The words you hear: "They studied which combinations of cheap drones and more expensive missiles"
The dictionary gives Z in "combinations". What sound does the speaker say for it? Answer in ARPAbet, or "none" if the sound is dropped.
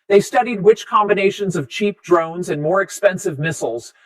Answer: Z